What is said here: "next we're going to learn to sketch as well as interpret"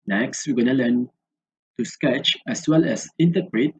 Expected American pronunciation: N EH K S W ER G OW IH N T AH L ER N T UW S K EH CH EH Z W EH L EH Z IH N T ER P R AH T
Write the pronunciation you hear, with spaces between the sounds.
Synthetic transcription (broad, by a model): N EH K S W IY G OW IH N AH L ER N T UW S K EH CH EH S W EH L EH S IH N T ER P R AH T